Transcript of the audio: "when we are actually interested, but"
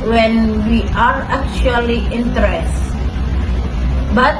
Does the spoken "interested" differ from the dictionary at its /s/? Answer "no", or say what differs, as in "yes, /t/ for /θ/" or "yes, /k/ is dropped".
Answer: yes, /s/ is dropped